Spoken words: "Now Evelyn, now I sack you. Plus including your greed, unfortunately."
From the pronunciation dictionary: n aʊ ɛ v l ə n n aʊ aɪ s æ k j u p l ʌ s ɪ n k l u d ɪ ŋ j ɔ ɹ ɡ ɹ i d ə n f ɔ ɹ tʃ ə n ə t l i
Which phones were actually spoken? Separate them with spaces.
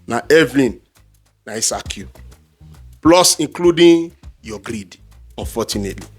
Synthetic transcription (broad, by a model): n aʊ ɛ v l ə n n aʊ aɪ s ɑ k j u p l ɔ s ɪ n k l u d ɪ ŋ j ɔ ɡ ɹ i d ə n f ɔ tʃ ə n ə t l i